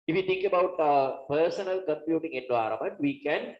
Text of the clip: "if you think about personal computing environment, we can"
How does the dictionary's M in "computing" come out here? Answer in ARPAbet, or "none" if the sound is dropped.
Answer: M